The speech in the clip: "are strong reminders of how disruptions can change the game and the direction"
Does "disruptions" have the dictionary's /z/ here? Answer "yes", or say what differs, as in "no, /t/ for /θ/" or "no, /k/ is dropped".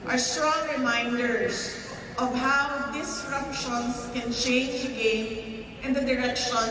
no, /s/ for /z/